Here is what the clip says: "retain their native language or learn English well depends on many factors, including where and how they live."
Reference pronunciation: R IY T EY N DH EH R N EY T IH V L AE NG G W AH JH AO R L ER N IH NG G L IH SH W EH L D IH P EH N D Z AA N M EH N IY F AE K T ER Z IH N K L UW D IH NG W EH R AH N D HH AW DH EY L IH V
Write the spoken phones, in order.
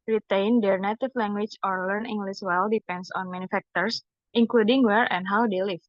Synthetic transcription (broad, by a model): R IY T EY N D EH R N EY T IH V L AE NG G W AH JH AO R L ER N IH NG G L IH S W EH L D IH P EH N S AA N M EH N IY F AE K T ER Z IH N K L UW D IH NG W EH R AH N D HH AW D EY L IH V